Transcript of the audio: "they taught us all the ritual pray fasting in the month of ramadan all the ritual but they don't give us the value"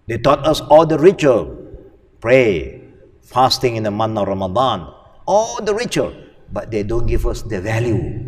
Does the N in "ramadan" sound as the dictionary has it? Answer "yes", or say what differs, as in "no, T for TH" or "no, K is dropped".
yes